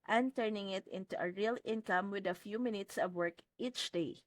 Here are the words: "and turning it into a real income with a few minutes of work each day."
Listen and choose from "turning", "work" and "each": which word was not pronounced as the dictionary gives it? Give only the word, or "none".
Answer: none